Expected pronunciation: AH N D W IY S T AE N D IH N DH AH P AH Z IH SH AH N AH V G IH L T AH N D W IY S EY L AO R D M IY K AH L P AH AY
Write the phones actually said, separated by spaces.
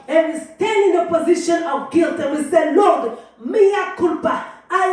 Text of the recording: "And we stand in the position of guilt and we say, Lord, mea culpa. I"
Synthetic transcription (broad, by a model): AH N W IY S T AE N D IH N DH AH P AH Z IH SH AH N AH V G IH L T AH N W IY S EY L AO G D M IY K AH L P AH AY